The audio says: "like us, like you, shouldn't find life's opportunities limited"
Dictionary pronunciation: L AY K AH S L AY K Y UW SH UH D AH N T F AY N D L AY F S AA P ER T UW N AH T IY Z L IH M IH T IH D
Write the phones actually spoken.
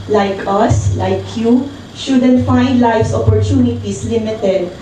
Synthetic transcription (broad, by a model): L AY K AH S L AY K Y UW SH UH D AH N T F AY N D L AY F S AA P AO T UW N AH T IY S L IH M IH T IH D